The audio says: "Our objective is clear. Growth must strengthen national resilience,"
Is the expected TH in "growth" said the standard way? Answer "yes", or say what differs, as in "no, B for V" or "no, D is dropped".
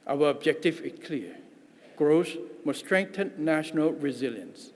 no, S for TH